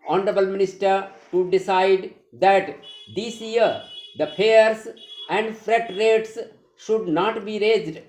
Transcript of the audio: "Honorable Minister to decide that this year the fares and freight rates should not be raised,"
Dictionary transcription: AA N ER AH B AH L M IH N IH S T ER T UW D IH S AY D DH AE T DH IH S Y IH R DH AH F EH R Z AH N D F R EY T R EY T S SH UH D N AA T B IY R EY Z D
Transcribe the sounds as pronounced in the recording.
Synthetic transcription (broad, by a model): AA N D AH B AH L M IH N IH S T ER T UW D IH S AY D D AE T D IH S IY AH R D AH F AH R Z AH N D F R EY T R EY T S SH UH D N AA T B IY R EY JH D